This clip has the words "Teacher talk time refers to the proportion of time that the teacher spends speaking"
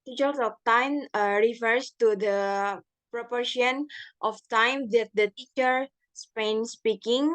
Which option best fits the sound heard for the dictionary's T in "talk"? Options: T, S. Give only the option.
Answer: S